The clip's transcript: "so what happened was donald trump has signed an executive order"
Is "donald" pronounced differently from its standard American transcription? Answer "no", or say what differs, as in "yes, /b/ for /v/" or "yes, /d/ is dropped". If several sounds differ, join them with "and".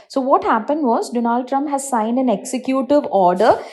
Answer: no